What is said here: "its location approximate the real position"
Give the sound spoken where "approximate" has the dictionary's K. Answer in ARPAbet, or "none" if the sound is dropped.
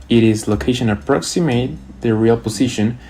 K